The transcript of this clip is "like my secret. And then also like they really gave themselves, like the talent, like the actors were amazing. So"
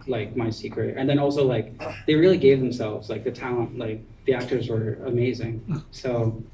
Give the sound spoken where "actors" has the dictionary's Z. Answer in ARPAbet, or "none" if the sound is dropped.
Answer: Z